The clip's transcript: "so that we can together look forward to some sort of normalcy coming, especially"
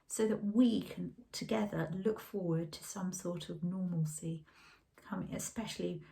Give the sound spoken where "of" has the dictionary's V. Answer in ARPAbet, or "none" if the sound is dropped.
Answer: V